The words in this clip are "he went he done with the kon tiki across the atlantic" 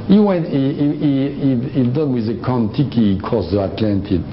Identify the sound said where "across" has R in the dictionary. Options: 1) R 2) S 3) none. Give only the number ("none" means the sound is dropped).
3